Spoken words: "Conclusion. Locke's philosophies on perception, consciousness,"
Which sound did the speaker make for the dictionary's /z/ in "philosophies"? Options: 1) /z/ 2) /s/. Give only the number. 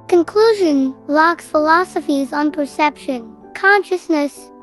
1